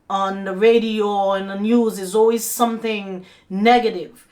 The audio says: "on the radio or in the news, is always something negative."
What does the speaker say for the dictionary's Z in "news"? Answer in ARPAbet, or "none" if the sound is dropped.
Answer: Z